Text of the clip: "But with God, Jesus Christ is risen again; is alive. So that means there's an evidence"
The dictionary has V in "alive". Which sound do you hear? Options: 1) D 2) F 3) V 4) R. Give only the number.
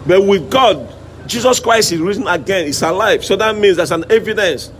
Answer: 2